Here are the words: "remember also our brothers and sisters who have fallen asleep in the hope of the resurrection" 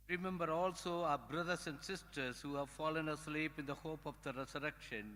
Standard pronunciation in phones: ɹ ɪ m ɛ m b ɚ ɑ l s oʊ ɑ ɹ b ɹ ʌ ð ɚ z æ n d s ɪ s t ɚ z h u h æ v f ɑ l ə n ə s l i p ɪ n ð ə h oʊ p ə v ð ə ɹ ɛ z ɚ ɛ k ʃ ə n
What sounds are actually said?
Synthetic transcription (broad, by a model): ɹ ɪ m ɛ m b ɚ ɑ l s oʊ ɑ b ɹ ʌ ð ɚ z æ n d s ɪ s t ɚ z h u h æ v f ɑ l ə n ə s l i p ɪ n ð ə h oʊ p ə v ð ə ɹ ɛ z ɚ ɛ k ʃ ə n